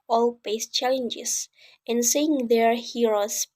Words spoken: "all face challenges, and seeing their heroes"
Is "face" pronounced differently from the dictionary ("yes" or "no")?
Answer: yes